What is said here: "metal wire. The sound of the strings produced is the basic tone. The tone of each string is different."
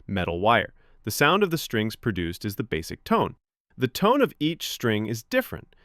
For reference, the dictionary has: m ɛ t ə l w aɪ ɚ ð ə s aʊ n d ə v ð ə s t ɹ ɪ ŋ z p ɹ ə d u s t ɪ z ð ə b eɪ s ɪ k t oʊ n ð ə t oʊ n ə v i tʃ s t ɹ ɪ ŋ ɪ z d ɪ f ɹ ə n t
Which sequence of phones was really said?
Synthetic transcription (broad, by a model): m ɛ t l w aɪ ɚ ð ə s aʊ n d ə v ð ə s t ɹ ɪ ŋ z p ɹ ə d u s t ɪ z ð ə b eɪ s ɪ k t oʊ n ð ə t oʊ n ə v i tʃ s t ɹ ɪ ŋ ɪ z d ɪ f ɹ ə n t